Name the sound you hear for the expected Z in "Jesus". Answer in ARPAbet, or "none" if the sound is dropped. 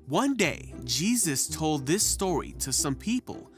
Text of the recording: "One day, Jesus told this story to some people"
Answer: Z